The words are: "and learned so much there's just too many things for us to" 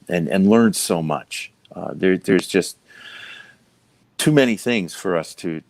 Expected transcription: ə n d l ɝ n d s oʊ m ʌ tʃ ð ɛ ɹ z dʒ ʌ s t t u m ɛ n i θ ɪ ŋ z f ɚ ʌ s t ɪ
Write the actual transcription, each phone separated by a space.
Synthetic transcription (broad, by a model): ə n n l ɝ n s oʊ m ʌ tʃ ð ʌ ɹ z dʒ ʌ s t t u m ɛ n i θ ɪ ŋ z f ɚ ʌ s t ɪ